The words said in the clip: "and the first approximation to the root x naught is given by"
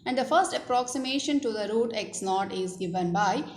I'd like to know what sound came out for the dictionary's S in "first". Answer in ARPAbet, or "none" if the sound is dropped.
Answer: S